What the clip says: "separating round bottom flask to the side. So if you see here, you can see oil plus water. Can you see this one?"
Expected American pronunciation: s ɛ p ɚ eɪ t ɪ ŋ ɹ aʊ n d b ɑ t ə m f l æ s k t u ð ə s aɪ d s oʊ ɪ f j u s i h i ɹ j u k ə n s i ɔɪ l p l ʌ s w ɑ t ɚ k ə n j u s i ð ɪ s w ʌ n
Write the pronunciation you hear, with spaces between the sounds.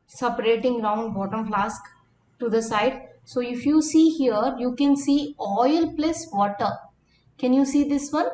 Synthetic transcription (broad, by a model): s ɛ p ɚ eɪ t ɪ ŋ l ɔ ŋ b ɑ t ə m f l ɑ s k t u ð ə s aɪ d s oʊ ɪ f j u s i h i ɹ j u k ə n s i ɔɪ l p l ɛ s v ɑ t ɚ k ə n j u s i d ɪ s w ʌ n